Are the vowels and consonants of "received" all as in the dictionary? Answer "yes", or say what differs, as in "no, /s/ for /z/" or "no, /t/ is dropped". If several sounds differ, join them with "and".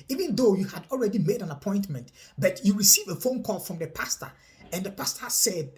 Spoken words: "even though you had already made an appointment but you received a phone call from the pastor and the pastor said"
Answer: no, /d/ is dropped